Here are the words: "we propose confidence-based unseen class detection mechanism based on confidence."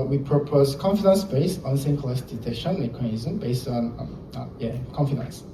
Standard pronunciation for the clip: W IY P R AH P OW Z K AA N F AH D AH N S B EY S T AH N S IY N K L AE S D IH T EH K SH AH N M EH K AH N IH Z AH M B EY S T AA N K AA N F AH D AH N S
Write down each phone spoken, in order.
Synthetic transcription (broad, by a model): W IY P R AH P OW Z K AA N F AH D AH N S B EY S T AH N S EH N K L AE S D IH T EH SH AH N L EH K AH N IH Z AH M B EY S T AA N K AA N F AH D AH N S